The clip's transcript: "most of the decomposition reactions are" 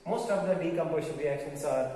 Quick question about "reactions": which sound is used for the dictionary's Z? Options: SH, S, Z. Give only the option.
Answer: S